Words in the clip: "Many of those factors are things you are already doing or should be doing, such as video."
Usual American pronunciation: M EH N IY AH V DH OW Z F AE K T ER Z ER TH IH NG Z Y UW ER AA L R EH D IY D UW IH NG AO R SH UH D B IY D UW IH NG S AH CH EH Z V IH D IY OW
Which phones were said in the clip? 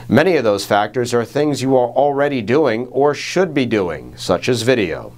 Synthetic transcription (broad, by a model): M EH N IY AH V DH OW Z F AE K T ER Z ER TH IH NG Z Y UW ER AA L R EH D IY D UW IH NG AO R SH UH D B IY D UW IH NG S AH CH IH Z V IH D IY OW